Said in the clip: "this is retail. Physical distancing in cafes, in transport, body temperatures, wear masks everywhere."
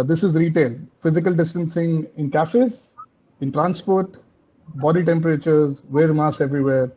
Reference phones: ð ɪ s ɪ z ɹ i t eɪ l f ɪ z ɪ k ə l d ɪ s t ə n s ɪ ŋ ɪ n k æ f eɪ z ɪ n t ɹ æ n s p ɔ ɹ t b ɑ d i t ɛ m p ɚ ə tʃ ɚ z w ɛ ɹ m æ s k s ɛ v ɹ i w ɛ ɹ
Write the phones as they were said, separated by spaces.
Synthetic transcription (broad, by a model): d ɪ s ɪ z ɹ i t eɪ l f ɪ z ɪ k ə l d ɪ s t ə n s ɪ ŋ ɪ n k æ f eɪ z ɪ n t ɹ æ n s p ɔ ɹ t b ɑ d i t ɛ m p ɚ ə tʃ ɚ z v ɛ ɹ m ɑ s s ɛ v ɹ i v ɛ ɹ